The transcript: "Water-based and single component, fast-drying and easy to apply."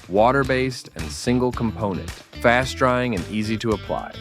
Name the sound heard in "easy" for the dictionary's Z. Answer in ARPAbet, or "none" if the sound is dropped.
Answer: Z